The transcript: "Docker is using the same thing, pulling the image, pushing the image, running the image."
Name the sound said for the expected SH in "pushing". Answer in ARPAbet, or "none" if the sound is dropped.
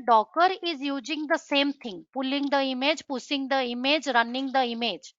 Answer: S